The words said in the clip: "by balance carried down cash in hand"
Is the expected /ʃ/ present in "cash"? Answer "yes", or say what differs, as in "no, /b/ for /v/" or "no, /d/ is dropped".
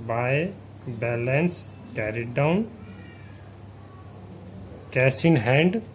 no, /s/ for /ʃ/